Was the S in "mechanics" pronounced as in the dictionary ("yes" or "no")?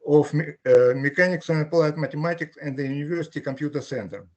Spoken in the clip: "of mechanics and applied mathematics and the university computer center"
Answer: yes